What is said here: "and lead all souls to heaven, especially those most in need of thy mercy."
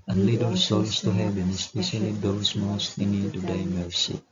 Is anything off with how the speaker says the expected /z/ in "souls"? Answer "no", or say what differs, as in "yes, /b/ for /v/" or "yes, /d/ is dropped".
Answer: yes, /s/ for /z/